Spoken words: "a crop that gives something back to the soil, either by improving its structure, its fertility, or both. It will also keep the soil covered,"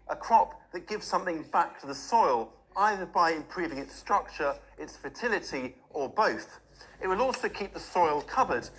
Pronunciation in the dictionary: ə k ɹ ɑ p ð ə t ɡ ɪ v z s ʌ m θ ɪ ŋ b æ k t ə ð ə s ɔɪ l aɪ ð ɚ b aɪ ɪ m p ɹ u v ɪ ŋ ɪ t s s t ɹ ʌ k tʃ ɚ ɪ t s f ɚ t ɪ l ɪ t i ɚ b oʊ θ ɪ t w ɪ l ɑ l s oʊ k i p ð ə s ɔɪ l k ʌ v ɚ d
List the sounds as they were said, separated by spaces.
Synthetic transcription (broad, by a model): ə k ɹ ɑ p ð ə t ɡ ɪ v z s ʌ m θ ɪ ŋ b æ k t ə ð ə s ɔɪ l aɪ ð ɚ b aɪ ɪ m p ɹ u v ɪ ŋ ɪ t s s t ɹ ʌ k tʃ ɚ ɪ t s f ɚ t ɪ l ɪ t i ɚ b oʊ θ ɪ t w ɪ l ɑ l s oʊ k i p ð ə s ɔɪ l k ʌ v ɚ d